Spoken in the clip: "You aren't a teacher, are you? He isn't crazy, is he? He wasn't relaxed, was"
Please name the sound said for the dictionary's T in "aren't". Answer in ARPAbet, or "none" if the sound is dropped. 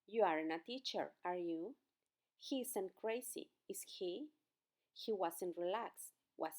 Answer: none